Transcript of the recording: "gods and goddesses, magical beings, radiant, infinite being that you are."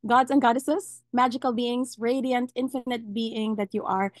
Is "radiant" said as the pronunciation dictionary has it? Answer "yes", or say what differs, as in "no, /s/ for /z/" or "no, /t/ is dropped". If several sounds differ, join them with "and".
yes